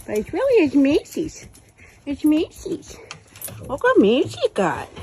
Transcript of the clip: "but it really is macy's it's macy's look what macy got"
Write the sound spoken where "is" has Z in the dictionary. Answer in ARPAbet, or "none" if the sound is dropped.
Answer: S